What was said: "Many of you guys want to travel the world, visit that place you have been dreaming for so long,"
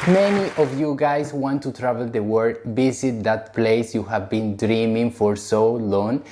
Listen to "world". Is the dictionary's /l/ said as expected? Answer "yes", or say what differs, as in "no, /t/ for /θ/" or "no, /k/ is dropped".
no, /l/ is dropped